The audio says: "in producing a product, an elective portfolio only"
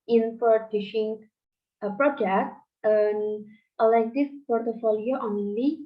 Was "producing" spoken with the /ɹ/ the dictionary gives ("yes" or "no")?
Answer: no